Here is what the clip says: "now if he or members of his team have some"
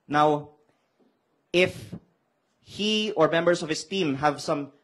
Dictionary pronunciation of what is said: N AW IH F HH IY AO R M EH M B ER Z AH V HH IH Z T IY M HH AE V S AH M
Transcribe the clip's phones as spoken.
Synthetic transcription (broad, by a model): N AW IH F HH IY AO R M EH M B ER S AH V HH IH S T IY M HH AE V S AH M